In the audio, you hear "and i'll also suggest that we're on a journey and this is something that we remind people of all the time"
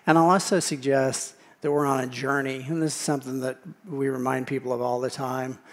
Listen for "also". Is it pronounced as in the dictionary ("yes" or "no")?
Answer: no